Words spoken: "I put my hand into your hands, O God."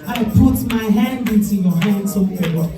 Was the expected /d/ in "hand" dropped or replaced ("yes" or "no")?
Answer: no